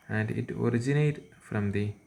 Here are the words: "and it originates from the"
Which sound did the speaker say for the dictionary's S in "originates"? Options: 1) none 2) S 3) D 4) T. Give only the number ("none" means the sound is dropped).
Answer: 1